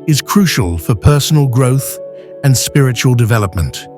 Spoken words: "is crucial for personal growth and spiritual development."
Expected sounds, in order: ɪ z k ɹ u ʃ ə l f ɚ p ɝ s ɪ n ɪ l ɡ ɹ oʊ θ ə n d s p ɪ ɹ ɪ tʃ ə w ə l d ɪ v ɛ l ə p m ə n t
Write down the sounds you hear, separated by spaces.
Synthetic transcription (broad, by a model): ɪ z k ɹ u ʃ ə l f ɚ p ɝ s n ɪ l ɡ ɹ oʊ θ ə n s p ɪ ɹ ɪ tʃ ə w ə l d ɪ v ɛ l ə p m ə n t